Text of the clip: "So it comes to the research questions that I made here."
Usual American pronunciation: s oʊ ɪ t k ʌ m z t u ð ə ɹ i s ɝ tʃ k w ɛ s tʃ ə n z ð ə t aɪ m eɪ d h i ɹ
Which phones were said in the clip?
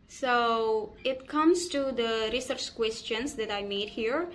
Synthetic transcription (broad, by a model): s oʊ ɪ t k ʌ m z t u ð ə ɹ i s ɝ tʃ k w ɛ s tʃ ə n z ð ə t aɪ m eɪ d h i ɹ